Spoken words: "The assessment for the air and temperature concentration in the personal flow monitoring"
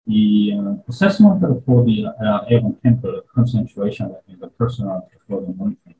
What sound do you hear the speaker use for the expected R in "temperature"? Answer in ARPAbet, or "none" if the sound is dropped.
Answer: none